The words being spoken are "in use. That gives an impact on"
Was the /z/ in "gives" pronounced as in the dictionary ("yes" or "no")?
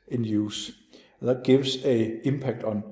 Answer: no